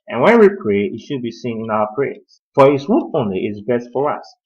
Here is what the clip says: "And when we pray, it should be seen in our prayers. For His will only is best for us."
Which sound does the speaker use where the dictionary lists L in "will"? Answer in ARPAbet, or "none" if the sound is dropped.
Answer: N